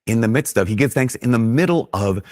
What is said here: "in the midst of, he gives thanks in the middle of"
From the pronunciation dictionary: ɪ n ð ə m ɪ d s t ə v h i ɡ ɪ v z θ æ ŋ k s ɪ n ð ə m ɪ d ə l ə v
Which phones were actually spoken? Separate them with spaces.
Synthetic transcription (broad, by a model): ɪ n ð ə m ɪ d s t ə v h i ɡ ɪ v θ æ ŋ k s ɪ n ð ə m ɪ d l ə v